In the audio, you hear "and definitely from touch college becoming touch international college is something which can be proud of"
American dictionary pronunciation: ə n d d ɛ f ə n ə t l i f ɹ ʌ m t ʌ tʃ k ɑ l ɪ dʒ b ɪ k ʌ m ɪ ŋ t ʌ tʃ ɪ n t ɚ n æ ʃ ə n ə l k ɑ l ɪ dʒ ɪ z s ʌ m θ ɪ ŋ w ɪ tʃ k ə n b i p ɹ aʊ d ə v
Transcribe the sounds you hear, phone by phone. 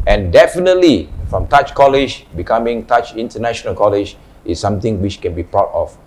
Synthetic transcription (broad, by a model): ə n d d ɛ f ə n ə t l i f ɹ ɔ m t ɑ tʃ k ɑ l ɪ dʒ b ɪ k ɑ m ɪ ŋ t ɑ tʃ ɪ n t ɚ n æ ʃ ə n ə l k ɑ l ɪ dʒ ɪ s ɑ m t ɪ ŋ w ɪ tʃ k ə n b i p aʊ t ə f